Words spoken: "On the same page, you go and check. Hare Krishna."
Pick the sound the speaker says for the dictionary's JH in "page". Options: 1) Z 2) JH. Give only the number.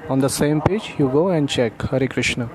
2